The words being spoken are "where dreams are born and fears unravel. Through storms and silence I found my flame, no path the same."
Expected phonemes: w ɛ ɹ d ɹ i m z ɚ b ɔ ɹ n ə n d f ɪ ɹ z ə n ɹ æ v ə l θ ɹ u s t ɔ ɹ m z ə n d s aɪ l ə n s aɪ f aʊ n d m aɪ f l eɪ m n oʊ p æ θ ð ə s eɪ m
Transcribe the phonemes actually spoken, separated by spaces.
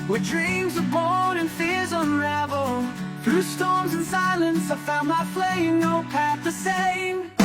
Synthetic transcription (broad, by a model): w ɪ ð d ɹ i m z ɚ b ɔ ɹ ə n f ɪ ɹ z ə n ɹ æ v l θ ɹ u s t ɔ ɹ m z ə n s aɪ l ə n s aɪ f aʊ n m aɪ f l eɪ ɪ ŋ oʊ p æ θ ð ə s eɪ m